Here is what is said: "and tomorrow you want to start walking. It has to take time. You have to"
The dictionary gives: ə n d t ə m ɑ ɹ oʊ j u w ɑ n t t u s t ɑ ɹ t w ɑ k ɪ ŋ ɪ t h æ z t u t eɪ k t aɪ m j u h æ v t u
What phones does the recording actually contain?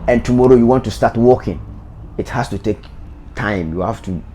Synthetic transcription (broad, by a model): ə n t ə m ɑ ɹ oʊ j u w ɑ n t t u s t ɑ t w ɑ k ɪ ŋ ɪ t h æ s t u t eɪ k t aɪ m j u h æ f t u